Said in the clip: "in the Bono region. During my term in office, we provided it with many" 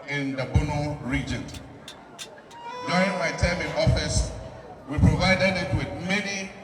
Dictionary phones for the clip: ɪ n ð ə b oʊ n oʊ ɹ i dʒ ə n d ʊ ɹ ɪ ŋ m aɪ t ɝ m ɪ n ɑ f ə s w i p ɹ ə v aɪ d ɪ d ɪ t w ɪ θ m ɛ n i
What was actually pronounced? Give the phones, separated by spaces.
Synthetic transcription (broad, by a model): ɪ n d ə b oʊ n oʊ ɹ i dʒ ə n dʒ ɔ ɪ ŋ m aɪ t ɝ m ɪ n ɑ f ə s w i p ɹ ə v aɪ d ɪ d ɪ t w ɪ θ m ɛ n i